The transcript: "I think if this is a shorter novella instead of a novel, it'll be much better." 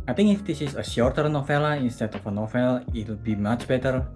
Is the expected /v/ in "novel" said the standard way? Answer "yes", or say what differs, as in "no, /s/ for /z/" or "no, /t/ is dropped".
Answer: no, /f/ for /v/